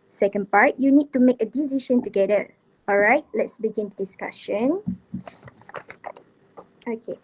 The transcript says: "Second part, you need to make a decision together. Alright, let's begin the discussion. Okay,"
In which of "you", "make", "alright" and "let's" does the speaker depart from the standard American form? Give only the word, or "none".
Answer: none